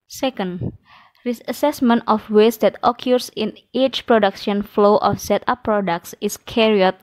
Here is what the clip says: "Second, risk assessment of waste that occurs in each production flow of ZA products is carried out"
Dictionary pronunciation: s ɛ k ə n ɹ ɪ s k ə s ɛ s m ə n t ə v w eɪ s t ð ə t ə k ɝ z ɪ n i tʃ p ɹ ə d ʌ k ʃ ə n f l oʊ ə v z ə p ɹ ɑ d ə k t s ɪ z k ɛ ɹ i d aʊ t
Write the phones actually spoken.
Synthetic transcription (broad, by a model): s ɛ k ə n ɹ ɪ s ə s ɛ s m ə n t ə f w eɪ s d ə t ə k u s ɪ n i tʃ p ɹ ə d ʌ k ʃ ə n f l oʊ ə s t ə p ɹ ɑ d ə k t s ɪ s k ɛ ɹ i ɔ t